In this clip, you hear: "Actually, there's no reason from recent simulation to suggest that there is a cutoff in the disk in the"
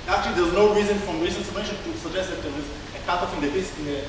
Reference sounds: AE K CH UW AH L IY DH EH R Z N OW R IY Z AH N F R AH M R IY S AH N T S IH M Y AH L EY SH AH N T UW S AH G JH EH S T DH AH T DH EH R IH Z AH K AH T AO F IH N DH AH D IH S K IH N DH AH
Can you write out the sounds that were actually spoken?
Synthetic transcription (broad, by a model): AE K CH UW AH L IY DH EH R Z N OW R IY Z AH N F R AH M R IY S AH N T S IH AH EY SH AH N T UW S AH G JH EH S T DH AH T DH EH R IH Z AH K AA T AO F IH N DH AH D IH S IH N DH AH